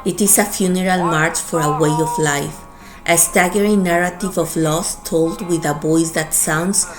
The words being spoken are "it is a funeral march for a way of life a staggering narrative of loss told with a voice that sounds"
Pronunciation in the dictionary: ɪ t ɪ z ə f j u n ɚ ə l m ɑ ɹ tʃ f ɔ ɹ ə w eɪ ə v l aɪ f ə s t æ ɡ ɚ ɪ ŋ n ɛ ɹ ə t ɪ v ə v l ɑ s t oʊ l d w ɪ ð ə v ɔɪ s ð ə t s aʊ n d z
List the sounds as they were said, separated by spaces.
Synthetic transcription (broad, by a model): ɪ t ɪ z ə f j u n ɚ ə l m ɑ ɹ tʃ f ɔ ɹ ə w eɪ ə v l aɪ f ə s t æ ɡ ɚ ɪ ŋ n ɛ ɹ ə t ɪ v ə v l ɑ s t oʊ l d w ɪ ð ə b ɔɪ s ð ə t s aʊ n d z